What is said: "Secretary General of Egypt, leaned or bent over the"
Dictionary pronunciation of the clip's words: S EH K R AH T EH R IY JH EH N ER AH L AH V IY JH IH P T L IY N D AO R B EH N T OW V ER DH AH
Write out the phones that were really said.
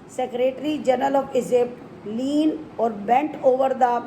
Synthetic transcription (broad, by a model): S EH K R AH T R IY JH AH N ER AH L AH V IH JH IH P L IY N AO R B EH N T OW V ER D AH